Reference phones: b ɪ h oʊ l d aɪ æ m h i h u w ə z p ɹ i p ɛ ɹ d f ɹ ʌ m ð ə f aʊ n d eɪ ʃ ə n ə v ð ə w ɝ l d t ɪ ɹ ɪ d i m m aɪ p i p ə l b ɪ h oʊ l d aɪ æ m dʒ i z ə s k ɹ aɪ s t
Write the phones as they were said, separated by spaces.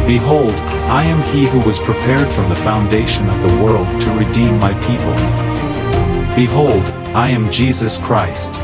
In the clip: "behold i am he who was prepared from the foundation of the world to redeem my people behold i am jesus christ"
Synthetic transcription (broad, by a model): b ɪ h oʊ l d aɪ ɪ m i h u w ə z p ɹ i p ɛ ɹ d f ɹ ʌ m ð ə f aʊ n d eɪ ʃ ə n ə v ð ə w ɝ l d t ɪ ɹ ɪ d i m m aɪ p i p ə l b ɪ h oʊ l d aɪ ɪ m dʒ i z ə s k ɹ aɪ s t